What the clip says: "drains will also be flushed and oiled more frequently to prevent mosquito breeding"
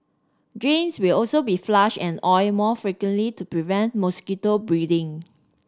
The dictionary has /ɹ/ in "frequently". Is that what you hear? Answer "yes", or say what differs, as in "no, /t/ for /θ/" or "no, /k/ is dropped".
yes